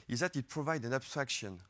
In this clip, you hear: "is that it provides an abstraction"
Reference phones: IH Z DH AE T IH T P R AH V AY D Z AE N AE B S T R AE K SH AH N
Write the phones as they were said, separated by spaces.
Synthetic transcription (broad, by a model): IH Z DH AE T IH T P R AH V AY D AE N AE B S T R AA K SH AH N